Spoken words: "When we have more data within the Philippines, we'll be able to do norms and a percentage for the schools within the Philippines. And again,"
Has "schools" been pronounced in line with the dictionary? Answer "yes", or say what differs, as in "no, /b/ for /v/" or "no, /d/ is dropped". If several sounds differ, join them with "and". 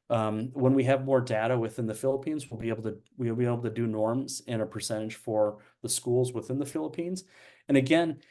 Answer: yes